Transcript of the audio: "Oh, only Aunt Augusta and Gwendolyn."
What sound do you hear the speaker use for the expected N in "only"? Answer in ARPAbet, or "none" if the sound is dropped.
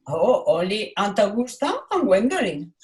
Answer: none